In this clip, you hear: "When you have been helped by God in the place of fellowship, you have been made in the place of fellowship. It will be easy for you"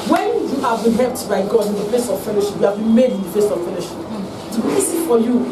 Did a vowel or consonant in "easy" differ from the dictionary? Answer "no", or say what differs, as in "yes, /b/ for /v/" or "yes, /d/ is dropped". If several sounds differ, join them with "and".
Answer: yes, /s/ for /z/